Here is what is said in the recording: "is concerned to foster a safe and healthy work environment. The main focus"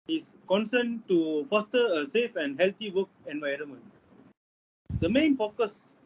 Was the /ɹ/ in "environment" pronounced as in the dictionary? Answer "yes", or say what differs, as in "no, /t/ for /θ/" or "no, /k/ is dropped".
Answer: yes